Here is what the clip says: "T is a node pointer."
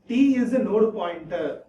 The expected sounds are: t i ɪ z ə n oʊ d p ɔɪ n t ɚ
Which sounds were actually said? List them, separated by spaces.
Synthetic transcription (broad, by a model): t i ɪ z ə n oʊ d p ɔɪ n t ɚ